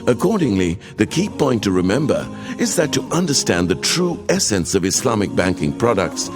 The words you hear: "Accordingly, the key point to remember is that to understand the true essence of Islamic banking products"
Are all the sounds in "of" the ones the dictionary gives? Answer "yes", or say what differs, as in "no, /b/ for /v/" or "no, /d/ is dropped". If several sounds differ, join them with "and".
yes